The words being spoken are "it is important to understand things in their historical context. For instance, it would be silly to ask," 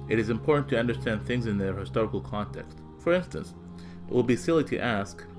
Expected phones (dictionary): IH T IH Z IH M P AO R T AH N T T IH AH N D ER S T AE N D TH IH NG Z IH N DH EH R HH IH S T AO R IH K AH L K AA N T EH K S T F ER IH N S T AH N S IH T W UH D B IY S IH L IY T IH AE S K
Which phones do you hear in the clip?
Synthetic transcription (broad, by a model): IH T IH Z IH M P AO R T N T T IH AH N D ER S T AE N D TH IH NG Z IH N DH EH R HH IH S T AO R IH K L K AA N T EH K S T F ER IH N S T AH N S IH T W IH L B IY S IH L IY T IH AE S K